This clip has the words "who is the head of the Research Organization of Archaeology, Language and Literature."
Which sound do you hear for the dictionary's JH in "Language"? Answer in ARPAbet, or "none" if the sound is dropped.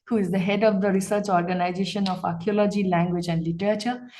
JH